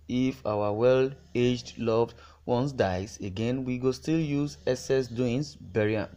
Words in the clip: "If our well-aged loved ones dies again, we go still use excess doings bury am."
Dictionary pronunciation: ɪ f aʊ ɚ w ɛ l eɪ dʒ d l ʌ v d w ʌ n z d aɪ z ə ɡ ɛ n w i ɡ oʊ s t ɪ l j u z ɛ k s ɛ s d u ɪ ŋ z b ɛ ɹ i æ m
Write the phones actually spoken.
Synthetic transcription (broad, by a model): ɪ f aʊ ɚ w ɛ l eɪ dʒ d l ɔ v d w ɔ n s d aɪ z ə ɡ ɛ n w i ɡ oʊ s t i l j u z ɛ s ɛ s d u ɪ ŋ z b ɛ ɹ i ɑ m